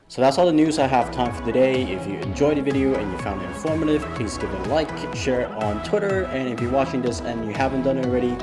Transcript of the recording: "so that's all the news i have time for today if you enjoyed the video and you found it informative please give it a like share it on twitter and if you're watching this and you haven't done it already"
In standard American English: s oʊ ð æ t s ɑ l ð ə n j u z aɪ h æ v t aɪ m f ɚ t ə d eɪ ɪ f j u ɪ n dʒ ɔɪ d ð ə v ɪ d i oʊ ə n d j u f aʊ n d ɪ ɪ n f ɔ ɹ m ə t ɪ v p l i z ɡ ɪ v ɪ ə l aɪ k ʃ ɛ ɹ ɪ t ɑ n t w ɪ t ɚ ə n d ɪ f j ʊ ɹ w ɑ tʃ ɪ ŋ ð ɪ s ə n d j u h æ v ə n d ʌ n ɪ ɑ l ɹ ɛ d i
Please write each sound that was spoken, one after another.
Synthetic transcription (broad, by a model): s oʊ ð æ t s ɑ l ð ə n j u z aɪ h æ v t aɪ m f ɚ t ə d eɪ ɪ f j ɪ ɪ n dʒ ɔɪ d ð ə v ɪ d i oʊ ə n j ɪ f aʊ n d ɪ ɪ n f ɔ ɹ m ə t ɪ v p l i z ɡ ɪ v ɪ ə l aɪ k ʃ ɛ ɹ ɪ t n t w ɪ t ɚ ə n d ɪ f j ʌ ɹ w ɑ tʃ ɪ ŋ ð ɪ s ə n j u h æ v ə n d ʌ n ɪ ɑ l ɹ ɛ d i